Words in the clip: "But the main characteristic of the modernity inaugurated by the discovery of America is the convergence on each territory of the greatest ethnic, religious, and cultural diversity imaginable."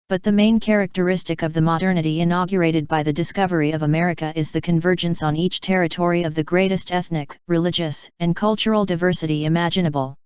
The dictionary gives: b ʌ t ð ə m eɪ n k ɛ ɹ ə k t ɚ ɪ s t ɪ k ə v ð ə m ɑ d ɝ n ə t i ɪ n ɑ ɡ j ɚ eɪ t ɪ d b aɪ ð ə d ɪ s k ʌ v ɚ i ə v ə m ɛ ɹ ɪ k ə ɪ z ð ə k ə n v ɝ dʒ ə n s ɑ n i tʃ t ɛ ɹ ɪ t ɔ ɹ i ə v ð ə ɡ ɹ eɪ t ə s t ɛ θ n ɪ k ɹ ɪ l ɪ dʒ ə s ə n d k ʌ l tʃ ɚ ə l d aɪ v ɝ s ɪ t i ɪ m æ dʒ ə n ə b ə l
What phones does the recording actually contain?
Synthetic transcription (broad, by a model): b ʌ t ð ə m eɪ n k ɛ ɹ ə k t ɚ ɪ s t ɪ k ə v ð ə m ɑ d ɝ n ə t i ɪ n ɑ ɡ j ɚ eɪ t ɪ d b aɪ ð ə d ɪ s k ʌ v ɚ i ə v ə m ɛ ɹ ɪ k ə ɪ z ð ə k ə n v ɝ dʒ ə n s n i tʃ t ɛ ɹ ɪ t ɔ ɹ i ə v ð ə ɡ ɹ eɪ t ə s t ɛ θ n ɪ k ɹ ɪ l ɪ dʒ ə s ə n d k ʌ l tʃ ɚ l d aɪ v ɝ s ɪ t i ɪ m æ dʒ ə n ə b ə l